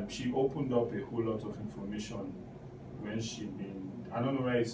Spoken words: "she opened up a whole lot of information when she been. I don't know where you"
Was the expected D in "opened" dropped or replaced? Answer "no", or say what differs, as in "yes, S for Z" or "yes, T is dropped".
no